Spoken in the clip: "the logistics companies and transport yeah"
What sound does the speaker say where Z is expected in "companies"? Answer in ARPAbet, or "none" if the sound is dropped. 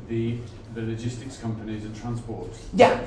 Z